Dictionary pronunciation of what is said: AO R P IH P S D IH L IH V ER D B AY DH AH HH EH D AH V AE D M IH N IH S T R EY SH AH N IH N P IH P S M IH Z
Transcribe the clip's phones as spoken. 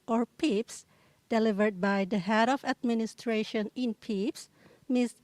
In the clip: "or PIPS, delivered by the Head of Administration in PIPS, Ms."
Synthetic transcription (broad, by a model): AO R P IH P S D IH L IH V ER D B AY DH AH HH EH D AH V AE D M IH N IH S T R EY SH AH N IH N P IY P S M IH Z